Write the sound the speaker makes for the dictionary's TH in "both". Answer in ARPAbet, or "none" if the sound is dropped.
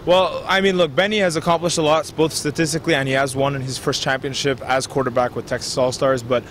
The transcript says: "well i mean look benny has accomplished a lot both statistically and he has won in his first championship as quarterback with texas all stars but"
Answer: TH